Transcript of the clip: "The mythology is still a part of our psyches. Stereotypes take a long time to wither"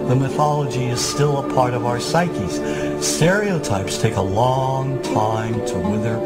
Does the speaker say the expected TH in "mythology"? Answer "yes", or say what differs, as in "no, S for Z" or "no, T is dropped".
yes